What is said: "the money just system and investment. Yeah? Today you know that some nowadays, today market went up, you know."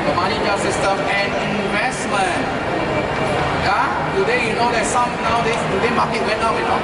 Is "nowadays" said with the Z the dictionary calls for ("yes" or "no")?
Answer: no